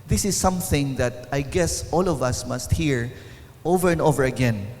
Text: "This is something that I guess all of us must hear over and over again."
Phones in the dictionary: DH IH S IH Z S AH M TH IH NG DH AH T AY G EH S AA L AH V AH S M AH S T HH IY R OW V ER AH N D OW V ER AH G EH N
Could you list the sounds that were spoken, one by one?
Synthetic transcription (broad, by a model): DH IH S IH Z S AH M TH IH NG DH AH T AY G EH S AA L AH V AH S M AH S T HH IY R OW V ER AH N D OW V ER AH G EH N